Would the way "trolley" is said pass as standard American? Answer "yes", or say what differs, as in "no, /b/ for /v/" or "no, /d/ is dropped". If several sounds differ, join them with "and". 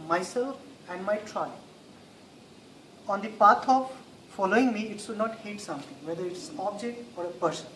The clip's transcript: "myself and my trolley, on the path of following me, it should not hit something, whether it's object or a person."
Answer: no, /l/ is dropped